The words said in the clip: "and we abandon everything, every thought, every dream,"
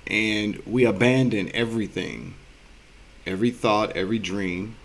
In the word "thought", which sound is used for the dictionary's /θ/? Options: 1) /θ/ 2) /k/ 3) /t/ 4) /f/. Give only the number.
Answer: 1